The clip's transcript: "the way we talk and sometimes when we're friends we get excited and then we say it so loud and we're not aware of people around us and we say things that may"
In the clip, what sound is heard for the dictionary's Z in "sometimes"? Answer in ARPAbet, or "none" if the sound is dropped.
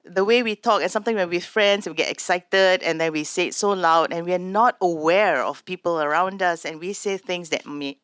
none